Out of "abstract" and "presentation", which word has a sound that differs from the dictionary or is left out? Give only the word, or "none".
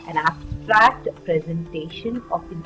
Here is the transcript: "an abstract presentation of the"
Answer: none